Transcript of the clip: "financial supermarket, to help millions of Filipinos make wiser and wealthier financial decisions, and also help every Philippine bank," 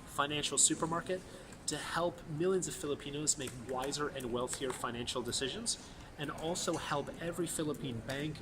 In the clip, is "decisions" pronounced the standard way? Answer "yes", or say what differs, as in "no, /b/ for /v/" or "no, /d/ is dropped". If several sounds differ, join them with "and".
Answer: yes